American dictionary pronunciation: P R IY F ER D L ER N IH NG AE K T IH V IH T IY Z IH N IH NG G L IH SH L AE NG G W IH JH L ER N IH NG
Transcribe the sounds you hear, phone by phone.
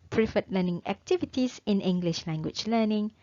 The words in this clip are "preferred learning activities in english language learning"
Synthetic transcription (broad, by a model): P R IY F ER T L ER N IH NG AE K T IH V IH T IY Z IH N IH NG G L IH SH L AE NG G W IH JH L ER N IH NG